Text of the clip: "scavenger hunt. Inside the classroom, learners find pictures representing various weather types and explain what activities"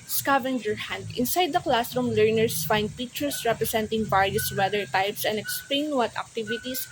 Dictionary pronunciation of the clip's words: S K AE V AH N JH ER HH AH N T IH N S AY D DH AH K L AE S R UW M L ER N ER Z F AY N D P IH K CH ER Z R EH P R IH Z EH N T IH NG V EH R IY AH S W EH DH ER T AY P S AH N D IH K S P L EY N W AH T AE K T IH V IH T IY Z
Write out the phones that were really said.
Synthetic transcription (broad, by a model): S K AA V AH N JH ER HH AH N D IH N S AY D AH K L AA S R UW M L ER N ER S F AY N D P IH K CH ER S R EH P R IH S EH N T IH NG B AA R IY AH S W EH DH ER T AY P S AH N D IH K S P L EY N W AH T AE K T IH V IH T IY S